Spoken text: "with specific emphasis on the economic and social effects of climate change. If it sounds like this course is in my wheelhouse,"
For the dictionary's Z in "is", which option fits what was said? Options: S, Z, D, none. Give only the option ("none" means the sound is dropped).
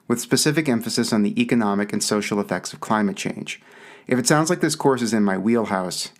Z